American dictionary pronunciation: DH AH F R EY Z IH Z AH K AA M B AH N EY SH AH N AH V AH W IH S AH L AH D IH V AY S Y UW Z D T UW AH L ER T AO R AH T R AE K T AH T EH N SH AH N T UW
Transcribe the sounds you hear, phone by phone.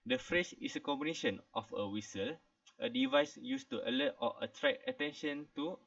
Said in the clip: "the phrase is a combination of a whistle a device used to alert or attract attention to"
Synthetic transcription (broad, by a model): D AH F R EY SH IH S AH K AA M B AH N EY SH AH N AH F AH W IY S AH L AH D IH V AY S Y UW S T UW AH L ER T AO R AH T R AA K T AH T EH N SH AH N T UW